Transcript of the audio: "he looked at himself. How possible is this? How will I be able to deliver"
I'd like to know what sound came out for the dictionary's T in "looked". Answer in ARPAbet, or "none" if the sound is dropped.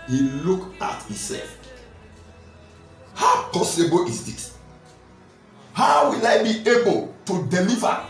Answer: none